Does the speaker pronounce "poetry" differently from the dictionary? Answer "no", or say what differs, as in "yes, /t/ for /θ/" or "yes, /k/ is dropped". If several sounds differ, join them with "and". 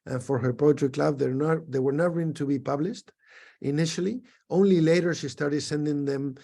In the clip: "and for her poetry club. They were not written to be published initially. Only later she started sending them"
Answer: yes, /l/ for /ɹ/